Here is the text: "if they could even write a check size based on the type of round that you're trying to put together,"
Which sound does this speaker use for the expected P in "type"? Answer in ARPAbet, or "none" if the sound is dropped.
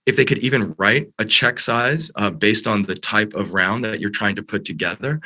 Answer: P